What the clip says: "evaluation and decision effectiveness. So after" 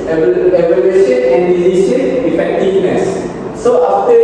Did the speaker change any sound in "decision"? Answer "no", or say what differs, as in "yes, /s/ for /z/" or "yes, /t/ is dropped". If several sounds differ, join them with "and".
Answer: yes, /ʃ/ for /ʒ/